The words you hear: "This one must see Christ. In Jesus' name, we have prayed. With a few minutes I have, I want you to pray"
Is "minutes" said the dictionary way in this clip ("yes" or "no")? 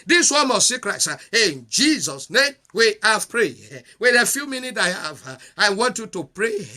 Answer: no